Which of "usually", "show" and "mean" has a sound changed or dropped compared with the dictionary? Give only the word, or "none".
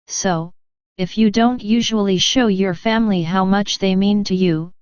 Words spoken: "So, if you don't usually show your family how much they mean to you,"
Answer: none